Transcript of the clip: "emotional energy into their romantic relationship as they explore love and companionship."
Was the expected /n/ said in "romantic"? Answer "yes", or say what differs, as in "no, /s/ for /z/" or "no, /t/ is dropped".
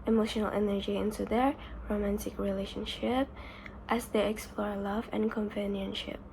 yes